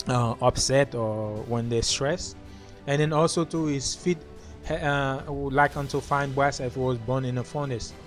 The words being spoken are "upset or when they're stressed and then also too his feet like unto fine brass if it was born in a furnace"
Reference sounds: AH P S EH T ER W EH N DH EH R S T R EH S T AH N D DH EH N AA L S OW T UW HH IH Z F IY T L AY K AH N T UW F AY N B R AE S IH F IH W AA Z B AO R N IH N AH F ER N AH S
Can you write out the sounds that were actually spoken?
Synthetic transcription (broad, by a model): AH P S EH T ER W EH N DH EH S T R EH S AH N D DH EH N AA L S OW T UW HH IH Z F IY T L AY K AH N T UW F AY N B AE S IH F IH W AA Z B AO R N IH N AH F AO N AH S